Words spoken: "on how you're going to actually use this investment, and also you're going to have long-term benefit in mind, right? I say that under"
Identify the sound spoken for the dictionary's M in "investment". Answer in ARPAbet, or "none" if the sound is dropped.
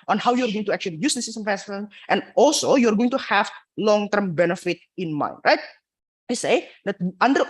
none